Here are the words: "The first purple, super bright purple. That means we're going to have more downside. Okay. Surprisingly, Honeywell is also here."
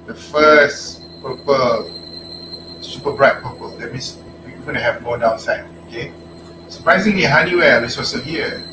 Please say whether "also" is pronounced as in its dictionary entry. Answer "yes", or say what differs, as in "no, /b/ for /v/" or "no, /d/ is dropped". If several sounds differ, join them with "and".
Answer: no, /l/ is dropped